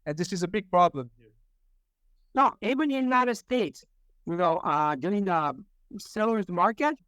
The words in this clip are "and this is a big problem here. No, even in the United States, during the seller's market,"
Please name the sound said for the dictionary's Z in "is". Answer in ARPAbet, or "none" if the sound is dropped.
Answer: Z